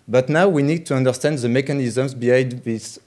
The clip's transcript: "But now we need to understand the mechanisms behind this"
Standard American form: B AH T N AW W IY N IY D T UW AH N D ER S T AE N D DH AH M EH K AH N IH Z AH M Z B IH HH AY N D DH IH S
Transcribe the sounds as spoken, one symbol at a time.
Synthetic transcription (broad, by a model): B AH T N AW W IY N IY D T UW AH N D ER S T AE N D DH AH M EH K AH N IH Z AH M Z B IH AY D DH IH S